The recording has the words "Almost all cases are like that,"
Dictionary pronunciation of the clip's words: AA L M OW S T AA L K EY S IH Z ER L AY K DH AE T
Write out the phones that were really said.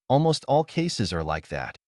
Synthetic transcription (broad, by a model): AA L M OW S T AA L K EY S IH Z ER L AY K DH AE T